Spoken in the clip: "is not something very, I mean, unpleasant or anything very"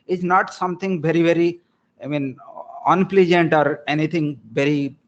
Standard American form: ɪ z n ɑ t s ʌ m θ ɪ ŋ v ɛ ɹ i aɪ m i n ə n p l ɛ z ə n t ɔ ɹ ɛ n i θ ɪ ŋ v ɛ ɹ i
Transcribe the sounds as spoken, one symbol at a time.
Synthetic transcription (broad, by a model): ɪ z n ɑ t s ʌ m t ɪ ŋ v ɛ ɹ i aɪ m i n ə n p l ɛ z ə n t ɔ ɹ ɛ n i t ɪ ŋ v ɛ ɹ i